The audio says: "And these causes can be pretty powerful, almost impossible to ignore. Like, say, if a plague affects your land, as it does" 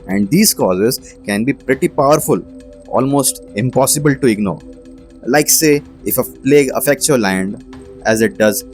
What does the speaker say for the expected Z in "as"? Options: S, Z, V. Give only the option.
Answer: Z